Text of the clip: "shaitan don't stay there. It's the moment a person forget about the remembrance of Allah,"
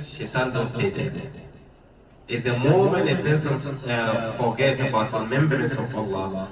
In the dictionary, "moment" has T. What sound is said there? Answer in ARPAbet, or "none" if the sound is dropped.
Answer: none